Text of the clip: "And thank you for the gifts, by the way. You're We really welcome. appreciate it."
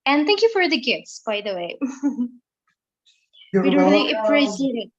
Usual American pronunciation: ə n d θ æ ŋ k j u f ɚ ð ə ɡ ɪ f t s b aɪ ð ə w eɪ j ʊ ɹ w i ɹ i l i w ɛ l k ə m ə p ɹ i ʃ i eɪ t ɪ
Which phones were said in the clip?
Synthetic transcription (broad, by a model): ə n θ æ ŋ k j u f ɚ ð ə ɡ ɪ f t s b aɪ ð ə w eɪ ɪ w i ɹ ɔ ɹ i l ə ə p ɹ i s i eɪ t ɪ